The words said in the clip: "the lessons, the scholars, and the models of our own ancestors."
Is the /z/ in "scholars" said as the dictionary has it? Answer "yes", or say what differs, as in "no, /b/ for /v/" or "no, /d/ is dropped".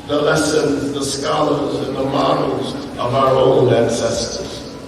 yes